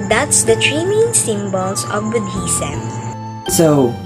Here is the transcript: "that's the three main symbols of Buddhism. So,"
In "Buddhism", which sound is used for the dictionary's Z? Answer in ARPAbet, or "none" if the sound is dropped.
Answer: S